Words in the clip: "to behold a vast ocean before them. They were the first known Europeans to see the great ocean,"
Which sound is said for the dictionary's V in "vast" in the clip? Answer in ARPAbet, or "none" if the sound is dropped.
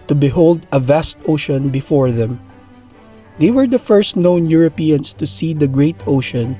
V